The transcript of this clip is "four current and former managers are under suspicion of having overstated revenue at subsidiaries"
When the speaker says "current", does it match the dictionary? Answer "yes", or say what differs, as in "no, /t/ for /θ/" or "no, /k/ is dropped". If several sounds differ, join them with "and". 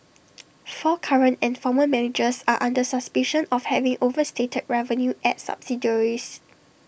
yes